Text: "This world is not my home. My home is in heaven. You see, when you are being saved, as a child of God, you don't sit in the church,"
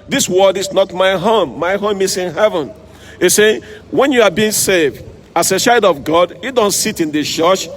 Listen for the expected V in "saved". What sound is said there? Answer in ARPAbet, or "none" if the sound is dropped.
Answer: V